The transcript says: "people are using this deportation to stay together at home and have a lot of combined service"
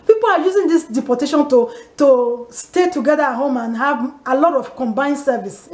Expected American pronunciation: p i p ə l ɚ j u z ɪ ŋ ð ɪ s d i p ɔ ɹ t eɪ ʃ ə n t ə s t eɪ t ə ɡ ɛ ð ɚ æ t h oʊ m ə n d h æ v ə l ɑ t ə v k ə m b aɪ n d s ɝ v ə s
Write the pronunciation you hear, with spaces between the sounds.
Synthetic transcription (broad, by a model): p i p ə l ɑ j u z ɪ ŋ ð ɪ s d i p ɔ t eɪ ʃ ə n t ə s t eɪ t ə ɡ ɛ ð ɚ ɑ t h oʊ m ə n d h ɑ v ə l ɑ t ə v k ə m b aɪ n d s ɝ v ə s